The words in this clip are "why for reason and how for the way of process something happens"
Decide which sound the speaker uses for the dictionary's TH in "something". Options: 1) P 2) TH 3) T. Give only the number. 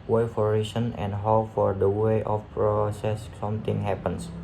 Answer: 3